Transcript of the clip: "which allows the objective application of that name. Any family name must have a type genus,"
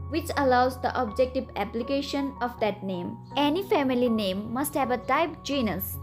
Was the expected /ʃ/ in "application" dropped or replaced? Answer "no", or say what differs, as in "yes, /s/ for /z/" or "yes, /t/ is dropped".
no